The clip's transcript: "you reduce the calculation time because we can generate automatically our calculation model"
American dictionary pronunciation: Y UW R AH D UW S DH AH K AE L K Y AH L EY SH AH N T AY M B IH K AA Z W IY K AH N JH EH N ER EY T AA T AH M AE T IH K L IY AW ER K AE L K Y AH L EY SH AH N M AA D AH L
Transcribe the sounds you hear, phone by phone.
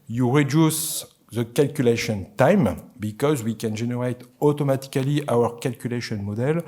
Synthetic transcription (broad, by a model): Y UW R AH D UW S DH AH K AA L K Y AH L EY SH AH N T AY M B IH K AA Z W IY K AH N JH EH N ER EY T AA T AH M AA T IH K L IY AW ER K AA L K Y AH L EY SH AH N M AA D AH L